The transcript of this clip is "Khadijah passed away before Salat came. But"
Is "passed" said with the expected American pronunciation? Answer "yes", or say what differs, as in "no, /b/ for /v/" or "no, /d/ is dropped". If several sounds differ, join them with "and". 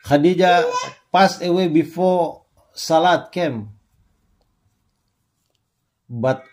no, /t/ is dropped